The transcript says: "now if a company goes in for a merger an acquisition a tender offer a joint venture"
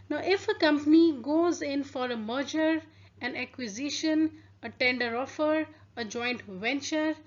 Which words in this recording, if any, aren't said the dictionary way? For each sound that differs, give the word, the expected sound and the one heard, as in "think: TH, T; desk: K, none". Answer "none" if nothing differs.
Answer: none